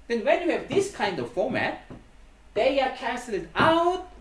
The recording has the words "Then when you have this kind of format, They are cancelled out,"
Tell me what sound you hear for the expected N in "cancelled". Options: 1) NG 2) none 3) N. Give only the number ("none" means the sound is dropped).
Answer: 2